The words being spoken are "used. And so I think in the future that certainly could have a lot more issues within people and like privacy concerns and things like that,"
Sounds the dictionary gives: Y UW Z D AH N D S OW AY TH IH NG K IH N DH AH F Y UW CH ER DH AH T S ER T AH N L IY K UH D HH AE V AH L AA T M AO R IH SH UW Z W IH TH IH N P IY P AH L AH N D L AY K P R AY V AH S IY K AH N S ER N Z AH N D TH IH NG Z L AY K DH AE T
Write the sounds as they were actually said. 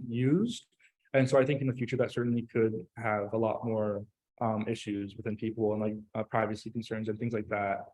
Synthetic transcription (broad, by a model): Y UW Z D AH N S OW AY TH IH NG K IH N DH AH F Y UW CH ER DH AH T S ER T N L IY K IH D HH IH V AH L AA T M AO R IH SH UW Z W IH TH IH N P IY P L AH N L AY K P R AY V AH S IY K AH N S ER N Z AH N TH IH NG Z L AY K DH AE T